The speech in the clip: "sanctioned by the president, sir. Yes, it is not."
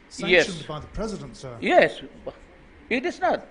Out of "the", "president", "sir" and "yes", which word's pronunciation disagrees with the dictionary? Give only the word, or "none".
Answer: none